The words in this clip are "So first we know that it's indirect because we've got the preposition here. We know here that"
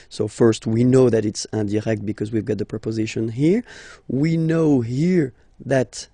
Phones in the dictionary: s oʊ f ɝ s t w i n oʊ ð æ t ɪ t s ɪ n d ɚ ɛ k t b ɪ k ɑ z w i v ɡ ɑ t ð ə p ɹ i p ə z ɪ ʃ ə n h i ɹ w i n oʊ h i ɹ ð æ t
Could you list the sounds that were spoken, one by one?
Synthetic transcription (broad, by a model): s oʊ f ɝ s t w i n oʊ ð æ t ɪ t s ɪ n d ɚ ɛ k t b ɪ k ɑ z w i v ɡ ɑ t ð ə p ɹ i p ə z ɪ ʃ ə n h i ɹ w i n oʊ h i ɹ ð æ t